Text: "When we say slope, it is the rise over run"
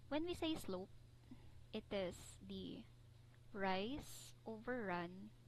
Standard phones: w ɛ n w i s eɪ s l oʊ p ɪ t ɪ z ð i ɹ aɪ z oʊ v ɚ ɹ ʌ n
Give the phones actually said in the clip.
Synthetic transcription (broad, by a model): w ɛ n w i s eɪ s l oʊ p ɪ t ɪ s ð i ɹ aɪ s oʊ v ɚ ɹ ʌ n